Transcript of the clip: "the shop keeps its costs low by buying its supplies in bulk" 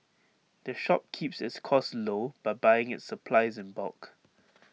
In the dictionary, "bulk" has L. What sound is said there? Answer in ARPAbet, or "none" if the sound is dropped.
none